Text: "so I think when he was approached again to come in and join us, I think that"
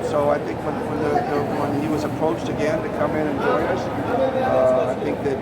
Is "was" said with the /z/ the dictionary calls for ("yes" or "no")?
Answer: yes